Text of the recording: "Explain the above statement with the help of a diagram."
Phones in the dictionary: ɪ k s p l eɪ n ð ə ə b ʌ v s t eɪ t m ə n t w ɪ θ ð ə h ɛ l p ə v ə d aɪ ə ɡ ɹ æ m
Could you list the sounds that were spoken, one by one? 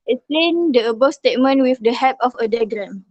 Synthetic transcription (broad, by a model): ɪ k s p l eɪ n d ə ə b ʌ s t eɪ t m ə n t w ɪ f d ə h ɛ p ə f ə d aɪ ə ɡ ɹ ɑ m